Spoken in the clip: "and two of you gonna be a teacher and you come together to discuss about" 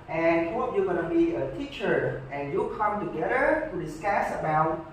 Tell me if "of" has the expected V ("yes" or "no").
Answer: no